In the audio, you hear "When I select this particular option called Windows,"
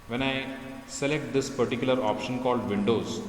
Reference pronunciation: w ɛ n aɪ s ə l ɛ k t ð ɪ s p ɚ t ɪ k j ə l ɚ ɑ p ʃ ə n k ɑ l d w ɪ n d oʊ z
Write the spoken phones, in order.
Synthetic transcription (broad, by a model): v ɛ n aɪ s ə l ɛ k t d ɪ s p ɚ t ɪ k j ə l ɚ ɑ p ʃ ə n k ɑ l d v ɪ n d oʊ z